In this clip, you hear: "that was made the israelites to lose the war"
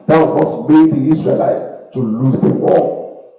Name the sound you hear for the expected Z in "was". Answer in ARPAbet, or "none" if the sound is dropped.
S